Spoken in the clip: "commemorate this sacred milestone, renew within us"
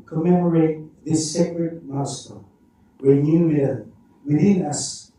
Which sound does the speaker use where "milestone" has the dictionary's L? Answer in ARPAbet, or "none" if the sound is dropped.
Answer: none